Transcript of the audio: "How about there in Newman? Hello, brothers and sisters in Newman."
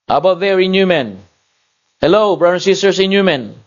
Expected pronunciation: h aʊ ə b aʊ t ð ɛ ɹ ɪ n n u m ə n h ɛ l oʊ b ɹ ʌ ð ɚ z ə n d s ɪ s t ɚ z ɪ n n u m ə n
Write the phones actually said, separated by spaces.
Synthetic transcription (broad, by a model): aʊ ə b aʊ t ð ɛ ɹ ɪ n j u m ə n h ɛ l oʊ b ɹ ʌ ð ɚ ə n s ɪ s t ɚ s ɪ n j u m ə n